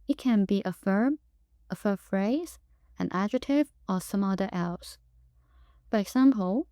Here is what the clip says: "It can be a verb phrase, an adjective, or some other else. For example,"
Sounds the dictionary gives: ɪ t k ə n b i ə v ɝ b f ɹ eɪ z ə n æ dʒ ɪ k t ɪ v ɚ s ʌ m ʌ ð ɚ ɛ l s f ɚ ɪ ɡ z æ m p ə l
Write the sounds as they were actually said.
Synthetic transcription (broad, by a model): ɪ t k ə n b i ə f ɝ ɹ f ɹ eɪ z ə n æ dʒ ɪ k t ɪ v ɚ s ʌ m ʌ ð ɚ ɛ l s f ɚ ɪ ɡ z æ m p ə l